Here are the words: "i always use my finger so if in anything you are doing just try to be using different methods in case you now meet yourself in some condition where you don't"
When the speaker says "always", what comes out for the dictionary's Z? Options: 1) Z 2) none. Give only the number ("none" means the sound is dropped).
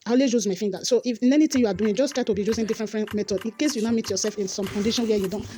2